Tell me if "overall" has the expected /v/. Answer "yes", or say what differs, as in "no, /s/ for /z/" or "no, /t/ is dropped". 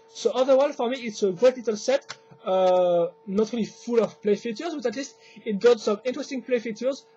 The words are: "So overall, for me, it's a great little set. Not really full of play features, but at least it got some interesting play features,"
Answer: no, /v/ is dropped